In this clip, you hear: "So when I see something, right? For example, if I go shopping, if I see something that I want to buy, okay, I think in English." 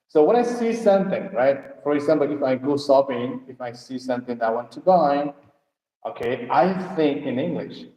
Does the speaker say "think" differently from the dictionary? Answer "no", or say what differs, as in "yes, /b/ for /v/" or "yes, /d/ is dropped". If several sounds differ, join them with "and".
no